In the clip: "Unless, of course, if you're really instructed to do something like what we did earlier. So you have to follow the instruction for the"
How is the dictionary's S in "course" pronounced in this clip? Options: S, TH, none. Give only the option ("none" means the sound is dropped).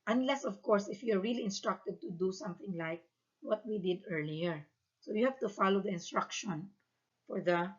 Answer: S